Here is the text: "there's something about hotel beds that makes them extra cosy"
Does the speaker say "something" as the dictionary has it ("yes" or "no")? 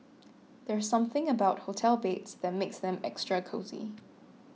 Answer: yes